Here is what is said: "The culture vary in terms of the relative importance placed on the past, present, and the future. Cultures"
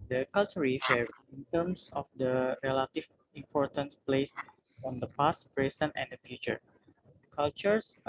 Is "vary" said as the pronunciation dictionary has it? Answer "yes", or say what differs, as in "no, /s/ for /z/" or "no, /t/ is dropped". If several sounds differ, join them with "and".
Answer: no, /f/ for /v/